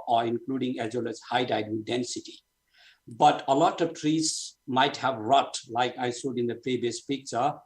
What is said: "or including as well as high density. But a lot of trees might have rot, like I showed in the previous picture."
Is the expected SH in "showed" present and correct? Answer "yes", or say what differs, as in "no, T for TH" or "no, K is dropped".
no, S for SH